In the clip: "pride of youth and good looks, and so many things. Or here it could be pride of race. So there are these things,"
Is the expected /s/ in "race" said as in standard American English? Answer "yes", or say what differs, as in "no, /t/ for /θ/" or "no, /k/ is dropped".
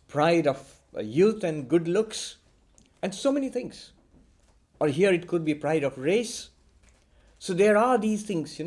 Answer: yes